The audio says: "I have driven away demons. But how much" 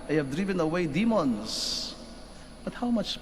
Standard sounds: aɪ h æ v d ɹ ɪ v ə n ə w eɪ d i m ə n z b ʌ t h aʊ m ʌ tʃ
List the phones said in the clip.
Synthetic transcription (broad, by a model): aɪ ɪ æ v d ɹ ɪ v ə n ə w eɪ d i m ə n z b ʌ t h aʊ m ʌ tʃ